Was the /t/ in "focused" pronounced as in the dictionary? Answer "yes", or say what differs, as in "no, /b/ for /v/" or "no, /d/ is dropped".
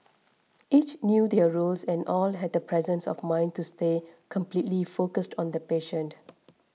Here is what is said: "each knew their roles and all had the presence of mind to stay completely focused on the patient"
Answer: yes